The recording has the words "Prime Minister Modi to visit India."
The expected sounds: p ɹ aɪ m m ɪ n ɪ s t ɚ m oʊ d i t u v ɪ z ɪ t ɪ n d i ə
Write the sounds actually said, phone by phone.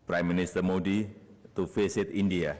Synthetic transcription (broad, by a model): p ɹ aɪ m m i n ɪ s t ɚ m oʊ d i t u f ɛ s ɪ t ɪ n d i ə